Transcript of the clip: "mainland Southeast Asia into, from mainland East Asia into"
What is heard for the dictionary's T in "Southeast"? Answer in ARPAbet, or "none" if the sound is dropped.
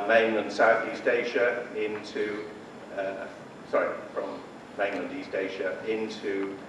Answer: T